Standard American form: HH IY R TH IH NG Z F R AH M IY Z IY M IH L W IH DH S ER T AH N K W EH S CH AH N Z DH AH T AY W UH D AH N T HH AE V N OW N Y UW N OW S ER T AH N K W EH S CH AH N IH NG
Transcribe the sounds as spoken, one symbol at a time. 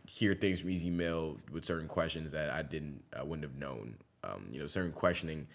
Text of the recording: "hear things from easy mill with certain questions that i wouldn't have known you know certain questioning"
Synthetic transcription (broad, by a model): HH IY R TH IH NG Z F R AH M IY Z IY M IH L W IH DH S ER T N K W EH S CH AH N Z DH AH T AY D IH D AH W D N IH V N OW N Y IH N OW S ER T N K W EH S CH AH N IH NG